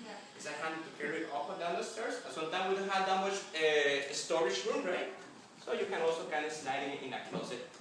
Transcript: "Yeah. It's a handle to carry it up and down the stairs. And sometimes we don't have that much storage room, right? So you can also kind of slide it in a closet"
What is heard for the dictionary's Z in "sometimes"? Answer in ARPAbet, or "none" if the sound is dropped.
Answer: none